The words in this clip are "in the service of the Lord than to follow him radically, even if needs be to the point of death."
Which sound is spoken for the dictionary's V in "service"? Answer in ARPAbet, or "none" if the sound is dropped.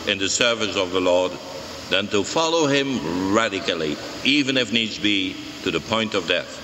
V